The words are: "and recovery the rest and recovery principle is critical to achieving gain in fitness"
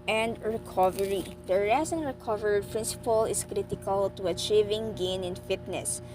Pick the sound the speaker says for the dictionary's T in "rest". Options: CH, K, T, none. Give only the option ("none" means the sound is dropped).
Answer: none